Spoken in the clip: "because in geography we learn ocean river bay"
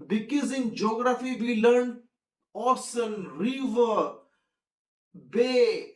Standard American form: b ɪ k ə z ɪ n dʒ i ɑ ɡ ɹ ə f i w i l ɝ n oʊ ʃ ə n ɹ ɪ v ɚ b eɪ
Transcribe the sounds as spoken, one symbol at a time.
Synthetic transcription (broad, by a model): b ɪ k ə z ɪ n dʒ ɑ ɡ ɹ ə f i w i l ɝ n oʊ s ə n ɹ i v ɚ b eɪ